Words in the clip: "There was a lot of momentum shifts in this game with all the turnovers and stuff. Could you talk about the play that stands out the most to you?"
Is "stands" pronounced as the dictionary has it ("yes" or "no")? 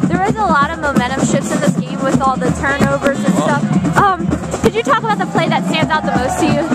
yes